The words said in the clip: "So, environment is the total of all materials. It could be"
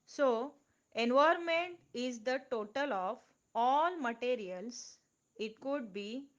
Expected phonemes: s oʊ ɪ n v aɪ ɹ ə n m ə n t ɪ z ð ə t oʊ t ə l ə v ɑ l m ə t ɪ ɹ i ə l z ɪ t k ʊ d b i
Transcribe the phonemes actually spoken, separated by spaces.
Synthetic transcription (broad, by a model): s oʊ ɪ n v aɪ ə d m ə n t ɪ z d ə t oʊ t ə l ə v ɑ l m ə t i ɹ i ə l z ɪ t k ʊ d b i